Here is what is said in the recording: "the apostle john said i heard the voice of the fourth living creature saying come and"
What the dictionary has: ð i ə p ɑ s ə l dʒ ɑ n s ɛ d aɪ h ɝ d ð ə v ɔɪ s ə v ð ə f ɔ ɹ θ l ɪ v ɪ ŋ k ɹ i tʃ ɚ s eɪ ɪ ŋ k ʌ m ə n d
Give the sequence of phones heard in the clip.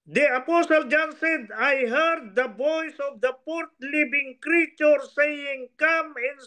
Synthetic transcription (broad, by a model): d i ə p ɑ s ə l dʒ ɑ n s ɛ d aɪ h ɝ d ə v ɔɪ s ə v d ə p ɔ ɹ t l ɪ b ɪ ŋ k ɹ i tʃ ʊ s eɪ ɪ ŋ k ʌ m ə n